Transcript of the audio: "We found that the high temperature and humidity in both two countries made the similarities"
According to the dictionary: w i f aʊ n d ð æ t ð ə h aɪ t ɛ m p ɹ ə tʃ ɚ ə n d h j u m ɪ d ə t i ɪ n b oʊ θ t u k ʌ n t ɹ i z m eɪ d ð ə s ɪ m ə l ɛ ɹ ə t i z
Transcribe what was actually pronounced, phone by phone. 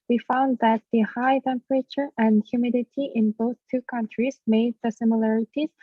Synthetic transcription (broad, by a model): w i f aʊ n d ð æ t ð ə h aɪ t ɛ m p ɹ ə tʃ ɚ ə n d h j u m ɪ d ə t i ɪ n b oʊ θ t u k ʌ n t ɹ i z m eɪ d ð ə s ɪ m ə l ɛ ɹ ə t i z